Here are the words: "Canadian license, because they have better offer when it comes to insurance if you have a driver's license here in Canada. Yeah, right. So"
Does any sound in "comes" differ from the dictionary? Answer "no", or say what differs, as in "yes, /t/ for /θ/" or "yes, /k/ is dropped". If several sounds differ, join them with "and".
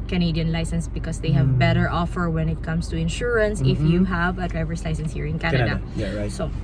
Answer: yes, /s/ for /z/